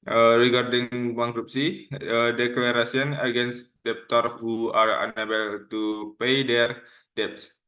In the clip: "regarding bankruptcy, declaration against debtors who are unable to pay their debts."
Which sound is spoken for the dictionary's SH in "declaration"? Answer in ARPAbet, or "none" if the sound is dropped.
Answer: S